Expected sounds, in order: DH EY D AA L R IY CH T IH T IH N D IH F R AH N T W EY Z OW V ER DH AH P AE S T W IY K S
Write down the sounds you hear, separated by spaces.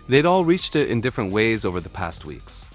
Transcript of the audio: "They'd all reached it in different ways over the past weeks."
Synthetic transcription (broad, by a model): DH EY D AA L R IY CH T IH T IH N D IH F R AH N T W EY Z OW V ER DH AH P AE S T W IY K S